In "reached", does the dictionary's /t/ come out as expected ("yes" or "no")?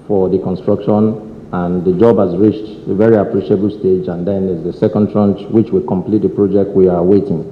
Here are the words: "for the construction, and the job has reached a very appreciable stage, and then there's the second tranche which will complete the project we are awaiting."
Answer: yes